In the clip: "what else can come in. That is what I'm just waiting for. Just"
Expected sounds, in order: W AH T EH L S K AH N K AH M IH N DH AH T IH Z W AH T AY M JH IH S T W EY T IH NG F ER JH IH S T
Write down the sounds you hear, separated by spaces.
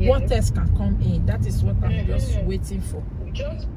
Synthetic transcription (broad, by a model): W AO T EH S K AH N K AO M IH N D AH T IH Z W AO T AY M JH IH S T W EY T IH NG F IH